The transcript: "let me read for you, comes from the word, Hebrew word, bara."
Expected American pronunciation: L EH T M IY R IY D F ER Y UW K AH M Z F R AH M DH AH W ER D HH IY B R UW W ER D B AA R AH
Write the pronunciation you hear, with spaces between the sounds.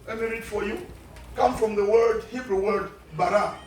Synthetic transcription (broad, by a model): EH M IY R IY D F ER Y UW K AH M F R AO M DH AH W ER D HH IY B R UW W ER D B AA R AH